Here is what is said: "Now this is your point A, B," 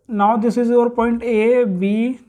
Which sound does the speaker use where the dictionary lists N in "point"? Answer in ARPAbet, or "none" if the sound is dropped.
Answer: N